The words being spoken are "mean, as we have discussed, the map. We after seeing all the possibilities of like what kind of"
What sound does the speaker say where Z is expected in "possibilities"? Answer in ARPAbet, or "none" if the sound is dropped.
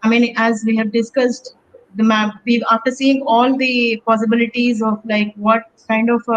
Z